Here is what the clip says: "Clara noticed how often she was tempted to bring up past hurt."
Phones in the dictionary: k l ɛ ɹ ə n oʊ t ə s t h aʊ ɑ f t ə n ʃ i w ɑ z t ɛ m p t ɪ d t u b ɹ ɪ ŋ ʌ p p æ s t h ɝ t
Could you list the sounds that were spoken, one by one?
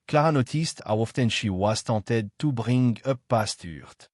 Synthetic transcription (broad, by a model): k l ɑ ɹ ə n oʊ t ə s t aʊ ɑ f t ə n ʃ i w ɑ s t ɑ t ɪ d t u b ɹ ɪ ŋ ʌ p p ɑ s t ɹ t